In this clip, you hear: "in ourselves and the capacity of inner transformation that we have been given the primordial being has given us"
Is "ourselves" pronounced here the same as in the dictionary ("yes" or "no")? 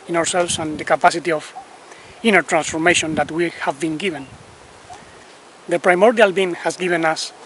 no